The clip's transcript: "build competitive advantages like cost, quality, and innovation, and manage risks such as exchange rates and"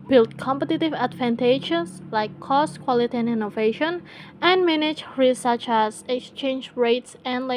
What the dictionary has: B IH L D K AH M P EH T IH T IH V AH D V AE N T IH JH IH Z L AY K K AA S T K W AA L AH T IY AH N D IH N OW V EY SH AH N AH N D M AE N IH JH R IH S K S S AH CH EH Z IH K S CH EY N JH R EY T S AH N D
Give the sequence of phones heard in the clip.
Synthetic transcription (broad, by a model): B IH L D K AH M P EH T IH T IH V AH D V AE N T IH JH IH S L AY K K AA S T K W AA L AH T IY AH N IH N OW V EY SH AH N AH N M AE N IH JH R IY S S S AH CH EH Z IH K S CH EY N JH R EY T S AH N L